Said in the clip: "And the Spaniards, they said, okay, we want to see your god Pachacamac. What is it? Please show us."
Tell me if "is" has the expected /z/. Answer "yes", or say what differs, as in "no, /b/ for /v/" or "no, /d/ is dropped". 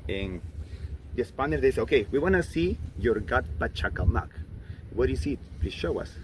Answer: no, /s/ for /z/